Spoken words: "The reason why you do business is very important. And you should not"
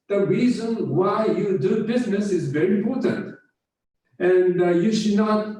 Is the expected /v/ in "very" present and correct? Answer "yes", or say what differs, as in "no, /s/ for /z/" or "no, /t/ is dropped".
yes